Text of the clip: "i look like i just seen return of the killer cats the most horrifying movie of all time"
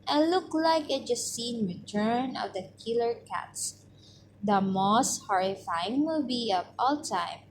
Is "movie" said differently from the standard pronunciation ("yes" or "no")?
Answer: yes